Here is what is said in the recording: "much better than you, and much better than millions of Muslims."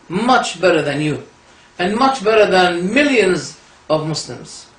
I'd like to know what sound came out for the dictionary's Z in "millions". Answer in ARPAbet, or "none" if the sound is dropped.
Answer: Z